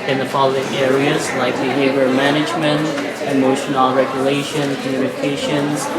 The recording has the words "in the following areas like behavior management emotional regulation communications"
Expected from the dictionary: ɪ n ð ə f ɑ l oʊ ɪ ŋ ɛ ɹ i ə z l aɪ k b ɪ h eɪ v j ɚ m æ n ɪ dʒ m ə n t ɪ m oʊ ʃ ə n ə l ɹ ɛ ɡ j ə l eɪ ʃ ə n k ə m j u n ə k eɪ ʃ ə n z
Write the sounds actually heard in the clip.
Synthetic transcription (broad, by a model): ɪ n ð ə p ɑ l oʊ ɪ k ɛ ɹ i ə z l aɪ k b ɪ h eɪ v j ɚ m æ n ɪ dʒ m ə n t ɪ m oʊ ʃ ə n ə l ɹ ɛ ɡ j ə l eɪ ʃ ə n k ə m j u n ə k eɪ ʃ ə n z